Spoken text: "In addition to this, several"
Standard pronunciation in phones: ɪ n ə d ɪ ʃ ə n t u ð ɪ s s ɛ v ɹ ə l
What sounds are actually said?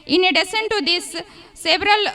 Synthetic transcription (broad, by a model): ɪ n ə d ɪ s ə n t u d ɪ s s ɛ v ɹ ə l